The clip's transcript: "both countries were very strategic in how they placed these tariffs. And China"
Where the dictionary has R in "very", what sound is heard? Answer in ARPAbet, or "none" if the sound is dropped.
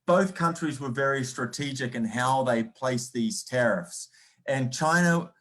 R